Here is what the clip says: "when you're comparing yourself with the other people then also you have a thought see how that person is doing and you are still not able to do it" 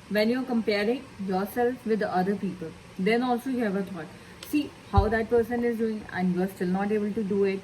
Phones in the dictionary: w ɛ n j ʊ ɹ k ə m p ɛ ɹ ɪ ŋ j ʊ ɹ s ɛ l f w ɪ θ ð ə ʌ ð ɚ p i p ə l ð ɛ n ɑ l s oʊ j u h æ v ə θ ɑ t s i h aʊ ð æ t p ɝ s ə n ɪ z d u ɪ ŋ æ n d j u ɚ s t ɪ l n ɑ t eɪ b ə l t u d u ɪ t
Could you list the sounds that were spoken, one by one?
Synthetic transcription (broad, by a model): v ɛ n j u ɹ k ə m p ɛ ɹ ɪ ŋ j ʊ ɹ s ɛ l f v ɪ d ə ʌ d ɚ p i p ə l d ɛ n ɑ l s oʊ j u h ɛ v ə t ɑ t s i h aʊ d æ t p ɝ s ə n ɪ z d u ɪ ŋ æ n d j u ɚ s t ɪ l n ɑ t eɪ b ə l t u d u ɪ t